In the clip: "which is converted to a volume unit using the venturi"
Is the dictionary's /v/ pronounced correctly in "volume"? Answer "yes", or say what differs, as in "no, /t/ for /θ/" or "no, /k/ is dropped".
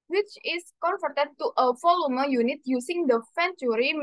no, /f/ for /v/